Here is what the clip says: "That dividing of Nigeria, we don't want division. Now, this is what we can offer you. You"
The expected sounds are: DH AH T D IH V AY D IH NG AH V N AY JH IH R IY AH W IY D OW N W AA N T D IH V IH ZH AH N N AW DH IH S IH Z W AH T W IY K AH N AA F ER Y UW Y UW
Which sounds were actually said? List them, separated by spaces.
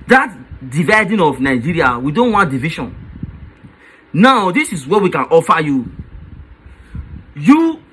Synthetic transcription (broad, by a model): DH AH T D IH V AY D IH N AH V N AY JH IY R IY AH W IY D OW N W AA N T D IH V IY SH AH N N AW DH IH S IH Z W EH W IY K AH N AA F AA Y UW Y UW